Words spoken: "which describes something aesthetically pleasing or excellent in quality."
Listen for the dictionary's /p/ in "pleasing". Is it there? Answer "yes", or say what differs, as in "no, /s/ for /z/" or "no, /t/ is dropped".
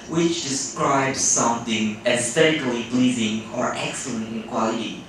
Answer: no, /b/ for /p/